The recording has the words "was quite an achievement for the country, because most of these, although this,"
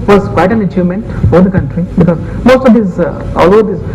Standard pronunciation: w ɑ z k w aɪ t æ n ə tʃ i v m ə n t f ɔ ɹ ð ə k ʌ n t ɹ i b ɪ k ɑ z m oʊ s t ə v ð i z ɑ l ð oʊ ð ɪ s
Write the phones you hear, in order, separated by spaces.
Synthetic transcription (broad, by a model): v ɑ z k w aɪ t æ n ə tʃ i v m ə n t f ɔ ɹ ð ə k ʌ n t ɹ i b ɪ k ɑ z m oʊ s t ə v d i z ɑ l oʊ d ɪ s